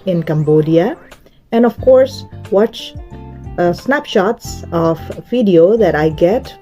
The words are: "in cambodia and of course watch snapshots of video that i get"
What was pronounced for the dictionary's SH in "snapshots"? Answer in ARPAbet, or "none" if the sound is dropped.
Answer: SH